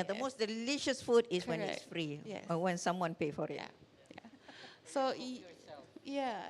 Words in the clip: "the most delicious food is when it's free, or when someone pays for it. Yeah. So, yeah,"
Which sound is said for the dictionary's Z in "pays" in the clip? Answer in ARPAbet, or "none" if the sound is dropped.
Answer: none